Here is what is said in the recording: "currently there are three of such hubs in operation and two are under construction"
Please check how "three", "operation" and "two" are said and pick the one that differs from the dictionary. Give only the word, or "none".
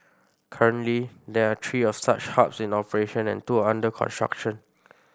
three